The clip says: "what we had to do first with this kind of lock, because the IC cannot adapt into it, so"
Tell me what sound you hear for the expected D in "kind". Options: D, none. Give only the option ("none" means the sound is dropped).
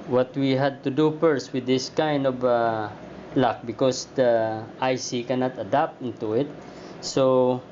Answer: D